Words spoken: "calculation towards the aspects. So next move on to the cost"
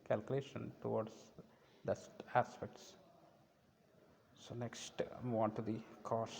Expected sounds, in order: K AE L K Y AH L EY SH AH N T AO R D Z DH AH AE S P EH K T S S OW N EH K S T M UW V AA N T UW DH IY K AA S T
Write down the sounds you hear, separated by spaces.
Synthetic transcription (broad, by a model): K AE L K Y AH L EY SH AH N T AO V D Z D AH AE S P EH K T S S OW N EH K S T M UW AA N T UW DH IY K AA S